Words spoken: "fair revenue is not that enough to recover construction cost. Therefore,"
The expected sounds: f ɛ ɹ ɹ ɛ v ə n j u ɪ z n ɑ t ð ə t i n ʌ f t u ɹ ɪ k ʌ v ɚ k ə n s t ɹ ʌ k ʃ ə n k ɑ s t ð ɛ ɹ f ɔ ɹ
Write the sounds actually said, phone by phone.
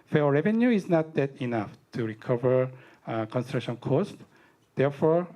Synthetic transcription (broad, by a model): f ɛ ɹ ɹ ɛ v ə n j u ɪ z n ɑ t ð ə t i n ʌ f t u ɹ ɪ k ʌ v ɚ k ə n s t ɹ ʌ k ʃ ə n k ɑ s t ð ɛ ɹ f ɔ ɹ